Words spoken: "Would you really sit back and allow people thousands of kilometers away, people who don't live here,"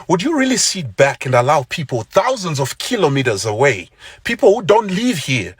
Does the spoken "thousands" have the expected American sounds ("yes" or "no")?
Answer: yes